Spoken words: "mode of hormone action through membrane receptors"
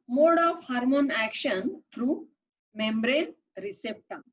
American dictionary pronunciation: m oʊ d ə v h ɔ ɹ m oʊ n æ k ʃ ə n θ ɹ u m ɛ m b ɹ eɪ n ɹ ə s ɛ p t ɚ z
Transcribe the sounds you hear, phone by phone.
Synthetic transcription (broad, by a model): m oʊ d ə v h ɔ ɹ m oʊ n æ k ʃ ə n t ɹ u m ɛ m b ɹ eɪ n ɹ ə s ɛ p t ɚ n